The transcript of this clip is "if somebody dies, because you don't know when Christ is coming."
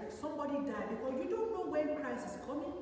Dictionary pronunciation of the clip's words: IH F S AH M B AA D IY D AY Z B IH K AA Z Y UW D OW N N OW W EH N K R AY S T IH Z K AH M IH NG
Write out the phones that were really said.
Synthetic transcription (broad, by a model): S AH M B AA D IY D AY B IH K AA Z Y UW D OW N N OW W EH N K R AY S IH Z K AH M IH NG